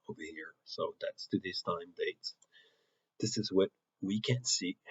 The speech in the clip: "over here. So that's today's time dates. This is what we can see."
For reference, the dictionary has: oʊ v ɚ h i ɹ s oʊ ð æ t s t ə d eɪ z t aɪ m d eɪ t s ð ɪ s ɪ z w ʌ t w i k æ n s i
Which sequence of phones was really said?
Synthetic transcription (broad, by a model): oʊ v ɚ h i ɹ s oʊ ð æ t s t ə d eɪ z t aɪ m d eɪ t s ð ɪ s ɪ z w ʌ t w i k æ n s i